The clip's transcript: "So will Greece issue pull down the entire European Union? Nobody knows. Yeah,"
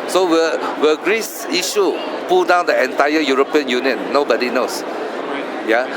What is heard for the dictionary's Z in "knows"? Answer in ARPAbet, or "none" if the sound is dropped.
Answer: S